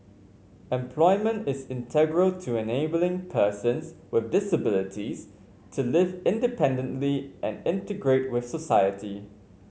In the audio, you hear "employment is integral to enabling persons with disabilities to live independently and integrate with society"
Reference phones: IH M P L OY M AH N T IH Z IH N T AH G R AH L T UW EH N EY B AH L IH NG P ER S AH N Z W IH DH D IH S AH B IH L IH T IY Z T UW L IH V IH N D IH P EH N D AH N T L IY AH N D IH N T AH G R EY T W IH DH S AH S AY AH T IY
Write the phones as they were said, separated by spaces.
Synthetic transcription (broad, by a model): IH M P L OY M AH N T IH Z IH N T AH G R AH L T UW EH N EY B AH L IH NG P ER S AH N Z W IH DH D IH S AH B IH L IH T IY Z T UW L IH V IH N D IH P EH N D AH N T L IY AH N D IH N T AH G R EY T W IH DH S AH S AY AH T IY